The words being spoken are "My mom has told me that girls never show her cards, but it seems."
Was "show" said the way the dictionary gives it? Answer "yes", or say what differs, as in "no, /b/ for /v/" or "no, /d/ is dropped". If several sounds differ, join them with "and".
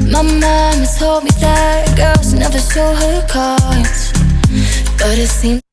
no, /s/ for /ʃ/